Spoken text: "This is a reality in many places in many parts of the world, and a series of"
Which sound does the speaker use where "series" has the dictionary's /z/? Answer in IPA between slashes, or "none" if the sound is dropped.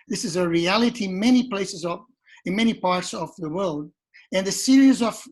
/z/